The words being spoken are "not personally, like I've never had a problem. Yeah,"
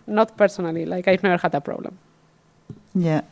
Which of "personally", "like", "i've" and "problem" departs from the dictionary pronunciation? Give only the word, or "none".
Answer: i've